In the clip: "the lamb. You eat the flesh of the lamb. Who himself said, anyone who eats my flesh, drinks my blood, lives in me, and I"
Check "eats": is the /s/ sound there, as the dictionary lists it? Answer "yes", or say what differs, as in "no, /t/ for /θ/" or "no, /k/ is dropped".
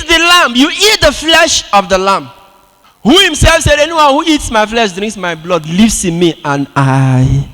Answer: yes